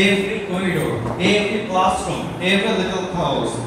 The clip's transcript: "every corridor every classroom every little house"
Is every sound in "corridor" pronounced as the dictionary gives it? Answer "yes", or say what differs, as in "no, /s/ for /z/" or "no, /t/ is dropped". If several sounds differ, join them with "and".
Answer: no, /ɹ/ is dropped